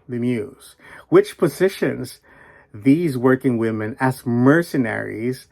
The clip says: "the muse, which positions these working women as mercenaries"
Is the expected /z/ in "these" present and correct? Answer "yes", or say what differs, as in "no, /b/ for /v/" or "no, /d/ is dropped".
yes